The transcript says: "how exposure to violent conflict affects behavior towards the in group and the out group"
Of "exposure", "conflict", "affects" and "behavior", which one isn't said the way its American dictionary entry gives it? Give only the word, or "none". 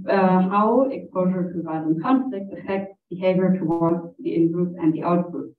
affects